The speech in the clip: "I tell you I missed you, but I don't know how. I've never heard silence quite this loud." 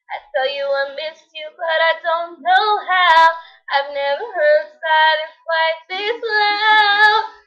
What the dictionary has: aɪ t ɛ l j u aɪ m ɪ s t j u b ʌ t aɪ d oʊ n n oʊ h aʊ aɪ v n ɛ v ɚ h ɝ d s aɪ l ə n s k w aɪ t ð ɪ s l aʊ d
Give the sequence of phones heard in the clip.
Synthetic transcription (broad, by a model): aɪ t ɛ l j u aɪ m ɪ s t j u b ʌ t aɪ d oʊ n n oʊ h aʊ aɪ v n ɛ v ɚ h ɝ d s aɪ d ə s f aɪ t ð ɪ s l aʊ